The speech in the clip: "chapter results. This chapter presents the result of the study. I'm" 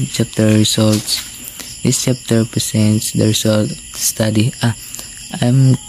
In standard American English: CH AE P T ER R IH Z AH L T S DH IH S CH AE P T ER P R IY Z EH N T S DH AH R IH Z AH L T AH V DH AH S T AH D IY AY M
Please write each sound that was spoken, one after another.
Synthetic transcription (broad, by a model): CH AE P T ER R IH S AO L T S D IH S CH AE P T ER P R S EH N T S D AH R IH S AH L T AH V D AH S T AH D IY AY M